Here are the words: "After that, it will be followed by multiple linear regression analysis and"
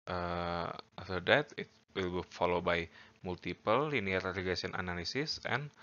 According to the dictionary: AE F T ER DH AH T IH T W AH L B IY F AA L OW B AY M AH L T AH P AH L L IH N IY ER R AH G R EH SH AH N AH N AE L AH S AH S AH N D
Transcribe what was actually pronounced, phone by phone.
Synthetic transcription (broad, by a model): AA F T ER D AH T IH T W AH L B IY F AA L OW B AY M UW L T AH P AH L L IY N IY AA R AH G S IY AH N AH N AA L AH S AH S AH N